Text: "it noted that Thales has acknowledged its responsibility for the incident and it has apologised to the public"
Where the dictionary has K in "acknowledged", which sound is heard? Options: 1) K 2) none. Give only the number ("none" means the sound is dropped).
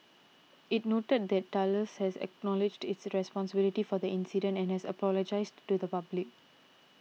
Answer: 1